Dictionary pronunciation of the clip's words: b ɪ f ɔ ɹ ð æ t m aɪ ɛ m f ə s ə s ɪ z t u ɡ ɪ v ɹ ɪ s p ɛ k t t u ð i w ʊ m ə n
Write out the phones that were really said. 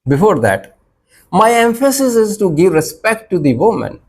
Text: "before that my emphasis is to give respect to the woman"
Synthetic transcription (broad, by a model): b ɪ f ɔ ɹ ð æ t m aɪ ɛ m f ə s ə s ɪ z t u ɡ ɪ v ɹ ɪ s p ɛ k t t u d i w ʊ m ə n